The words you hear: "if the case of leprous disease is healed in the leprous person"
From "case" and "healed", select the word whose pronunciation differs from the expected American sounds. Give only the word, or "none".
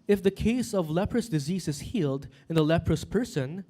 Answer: none